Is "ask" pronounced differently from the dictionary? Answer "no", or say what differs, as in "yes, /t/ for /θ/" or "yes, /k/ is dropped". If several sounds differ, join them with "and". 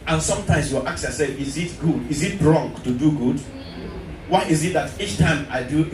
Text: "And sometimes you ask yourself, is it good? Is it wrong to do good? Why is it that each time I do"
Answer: yes, /s/ is dropped